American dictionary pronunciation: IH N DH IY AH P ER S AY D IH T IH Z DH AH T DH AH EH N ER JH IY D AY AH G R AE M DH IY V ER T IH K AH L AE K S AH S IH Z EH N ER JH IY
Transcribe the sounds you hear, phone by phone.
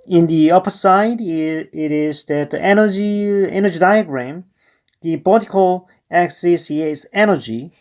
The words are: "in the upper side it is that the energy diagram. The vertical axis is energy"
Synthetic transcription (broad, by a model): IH N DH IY AH P ER S AY D IH T IH Z DH AH T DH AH EH N ER JH IY D AY AH G R AE M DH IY B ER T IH K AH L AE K S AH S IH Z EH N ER JH IY